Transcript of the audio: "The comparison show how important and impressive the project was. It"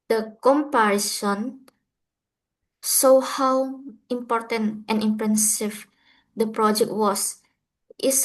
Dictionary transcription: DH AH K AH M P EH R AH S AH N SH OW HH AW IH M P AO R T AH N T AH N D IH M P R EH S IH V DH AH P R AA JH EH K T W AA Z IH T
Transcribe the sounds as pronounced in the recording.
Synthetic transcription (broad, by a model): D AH K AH M P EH R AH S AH N S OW HH AW IH M P AO R T AH N T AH N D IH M P R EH S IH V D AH P R AA JH EH K T W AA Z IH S